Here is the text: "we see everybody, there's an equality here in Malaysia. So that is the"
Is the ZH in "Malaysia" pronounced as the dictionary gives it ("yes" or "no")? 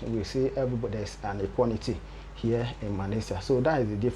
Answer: no